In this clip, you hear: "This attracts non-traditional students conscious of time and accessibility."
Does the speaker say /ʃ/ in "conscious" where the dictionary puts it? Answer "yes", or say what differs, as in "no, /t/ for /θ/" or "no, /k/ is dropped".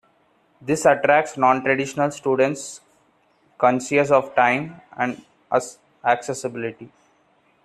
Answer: no, /s/ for /ʃ/